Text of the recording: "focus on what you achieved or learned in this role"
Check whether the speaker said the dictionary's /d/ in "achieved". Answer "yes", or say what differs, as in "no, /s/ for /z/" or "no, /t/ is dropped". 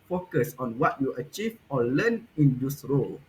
no, /d/ is dropped